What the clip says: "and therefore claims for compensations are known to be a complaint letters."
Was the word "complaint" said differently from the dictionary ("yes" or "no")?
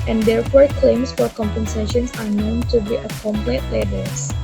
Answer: yes